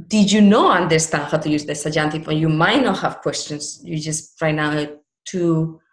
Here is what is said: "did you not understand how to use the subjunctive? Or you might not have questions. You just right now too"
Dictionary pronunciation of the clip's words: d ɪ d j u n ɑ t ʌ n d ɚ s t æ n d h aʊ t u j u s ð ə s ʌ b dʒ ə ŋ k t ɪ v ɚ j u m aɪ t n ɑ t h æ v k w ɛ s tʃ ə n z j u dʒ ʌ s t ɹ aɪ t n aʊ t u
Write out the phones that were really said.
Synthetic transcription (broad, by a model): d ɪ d j u n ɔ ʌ n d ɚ s t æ n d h aʊ t u j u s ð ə s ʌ dʒ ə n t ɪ f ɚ j u m aɪ t n ɑ t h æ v k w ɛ s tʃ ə n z j u dʒ ʌ s t ɹ aɪ t n aʊ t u